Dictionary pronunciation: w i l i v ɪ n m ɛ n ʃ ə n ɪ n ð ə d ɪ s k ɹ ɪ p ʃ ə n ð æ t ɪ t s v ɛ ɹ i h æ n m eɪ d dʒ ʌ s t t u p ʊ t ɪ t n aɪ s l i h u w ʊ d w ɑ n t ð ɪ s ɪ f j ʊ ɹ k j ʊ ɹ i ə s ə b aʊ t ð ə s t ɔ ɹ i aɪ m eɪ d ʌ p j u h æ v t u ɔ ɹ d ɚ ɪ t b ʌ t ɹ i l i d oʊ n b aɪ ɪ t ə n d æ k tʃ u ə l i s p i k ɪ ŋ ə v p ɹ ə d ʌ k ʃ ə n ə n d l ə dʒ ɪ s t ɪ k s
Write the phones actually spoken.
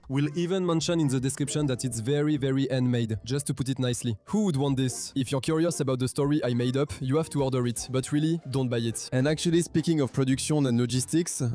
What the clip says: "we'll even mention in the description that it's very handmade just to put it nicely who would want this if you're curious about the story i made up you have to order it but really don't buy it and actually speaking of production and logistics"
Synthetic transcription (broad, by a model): w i l i v ɪ n m ɛ n ʃ ə n ɪ n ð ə d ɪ s k ɹ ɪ p ʃ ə n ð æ t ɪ t s v ɛ ɹ i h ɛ n m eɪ d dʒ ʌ s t t u p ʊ t ɪ t n aɪ s l i h u w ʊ d w ɑ n t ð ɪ s ɪ f j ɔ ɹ k j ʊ ɹ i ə s ə b aʊ t ð ə s t ɔ ɹ i aɪ m eɪ d ʌ p j u h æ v t u ɔ ɹ d ɚ ɪ t b ʌ t ɹ i l i d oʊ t b aɪ ɪ t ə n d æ k tʃ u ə l i s p i k ɪ ŋ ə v p ɹ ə d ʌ k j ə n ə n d l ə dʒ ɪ s t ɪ k s